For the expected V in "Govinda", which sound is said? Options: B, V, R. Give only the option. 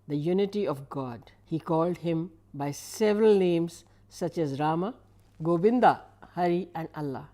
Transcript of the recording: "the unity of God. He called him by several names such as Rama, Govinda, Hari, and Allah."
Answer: B